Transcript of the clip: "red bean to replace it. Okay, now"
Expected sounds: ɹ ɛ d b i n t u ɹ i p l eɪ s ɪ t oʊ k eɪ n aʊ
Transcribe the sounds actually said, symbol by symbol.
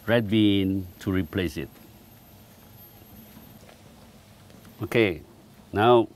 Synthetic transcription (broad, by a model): ɹ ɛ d b i n t u ɹ i p l eɪ s ɪ t oʊ k eɪ n aʊ